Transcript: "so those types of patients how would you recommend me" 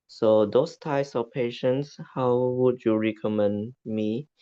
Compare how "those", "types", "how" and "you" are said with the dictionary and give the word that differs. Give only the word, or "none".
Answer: those